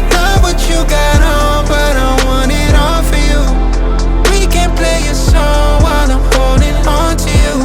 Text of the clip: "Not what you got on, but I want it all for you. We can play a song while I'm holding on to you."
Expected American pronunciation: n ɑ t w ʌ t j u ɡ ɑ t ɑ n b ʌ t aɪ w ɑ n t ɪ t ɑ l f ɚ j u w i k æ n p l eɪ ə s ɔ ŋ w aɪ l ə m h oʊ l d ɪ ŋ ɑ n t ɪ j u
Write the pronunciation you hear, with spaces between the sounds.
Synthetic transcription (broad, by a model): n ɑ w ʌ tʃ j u ɡ ɑ t ɑ n b ʌ t aɪ w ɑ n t ɪ t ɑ n f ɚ j u w i k æ n p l eɪ ə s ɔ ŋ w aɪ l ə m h oʊ l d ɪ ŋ ɑ n t ɪ j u